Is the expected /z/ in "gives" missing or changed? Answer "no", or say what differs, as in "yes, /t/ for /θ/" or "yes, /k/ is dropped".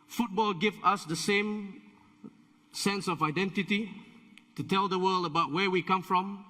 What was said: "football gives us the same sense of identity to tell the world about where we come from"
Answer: yes, /z/ is dropped